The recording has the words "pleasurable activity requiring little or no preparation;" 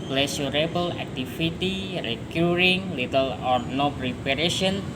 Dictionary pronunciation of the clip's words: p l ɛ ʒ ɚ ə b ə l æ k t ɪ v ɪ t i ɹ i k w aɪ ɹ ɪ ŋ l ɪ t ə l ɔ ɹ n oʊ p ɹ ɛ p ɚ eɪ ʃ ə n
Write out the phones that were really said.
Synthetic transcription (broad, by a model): p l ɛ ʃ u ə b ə l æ k t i f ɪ t i ɹ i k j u ɹ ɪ ŋ l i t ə l ɔ ɹ n oʊ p ɹ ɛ p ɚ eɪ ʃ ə n